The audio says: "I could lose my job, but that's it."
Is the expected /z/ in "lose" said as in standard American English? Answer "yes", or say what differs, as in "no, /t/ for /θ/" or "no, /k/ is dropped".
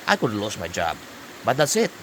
no, /s/ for /z/